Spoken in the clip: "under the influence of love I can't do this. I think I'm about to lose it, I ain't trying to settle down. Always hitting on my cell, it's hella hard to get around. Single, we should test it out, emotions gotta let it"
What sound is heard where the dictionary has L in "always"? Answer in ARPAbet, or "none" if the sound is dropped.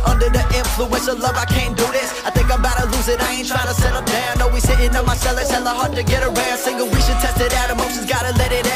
N